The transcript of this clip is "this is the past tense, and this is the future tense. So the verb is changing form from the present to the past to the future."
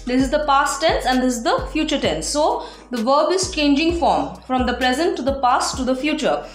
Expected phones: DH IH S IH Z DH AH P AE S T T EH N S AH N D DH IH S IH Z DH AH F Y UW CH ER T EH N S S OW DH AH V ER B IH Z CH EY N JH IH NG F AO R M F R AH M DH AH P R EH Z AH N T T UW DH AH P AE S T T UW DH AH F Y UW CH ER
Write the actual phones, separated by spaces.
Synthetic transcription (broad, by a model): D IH S IH Z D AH P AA S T T EH N S AH N D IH S IH Z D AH F Y UW CH ER T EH N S S OW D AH V ER B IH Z CH EY N JH IH NG F AO R M F R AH M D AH P R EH Z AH N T T UW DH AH P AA S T T UW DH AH F Y UW CH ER